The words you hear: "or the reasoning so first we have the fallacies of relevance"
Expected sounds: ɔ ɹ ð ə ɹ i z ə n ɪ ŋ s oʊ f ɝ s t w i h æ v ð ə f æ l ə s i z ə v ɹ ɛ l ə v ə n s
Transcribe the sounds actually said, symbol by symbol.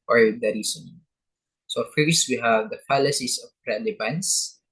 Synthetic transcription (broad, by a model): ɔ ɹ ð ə ɹ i s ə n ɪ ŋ s oʊ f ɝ s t w i h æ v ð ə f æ l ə s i s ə p ɹ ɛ l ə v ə n s